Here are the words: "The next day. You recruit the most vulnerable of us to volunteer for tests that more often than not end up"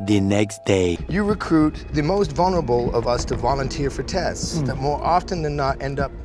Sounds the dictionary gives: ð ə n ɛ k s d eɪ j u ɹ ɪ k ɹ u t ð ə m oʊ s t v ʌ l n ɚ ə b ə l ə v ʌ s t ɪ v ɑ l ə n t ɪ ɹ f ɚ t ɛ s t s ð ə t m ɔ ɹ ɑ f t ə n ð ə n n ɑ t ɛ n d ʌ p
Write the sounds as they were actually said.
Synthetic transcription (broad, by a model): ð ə n ɛ k s d eɪ j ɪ ɹ ɪ k ɹ u t ð ə m oʊ s t v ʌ l n ɚ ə b l ə v ʌ s t ɪ v ɑ l ə n t ɪ ɹ f ɚ t ɛ s t s ð ə t m ɔ ɹ ɑ f t ə n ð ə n n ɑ t ɛ n d ʌ p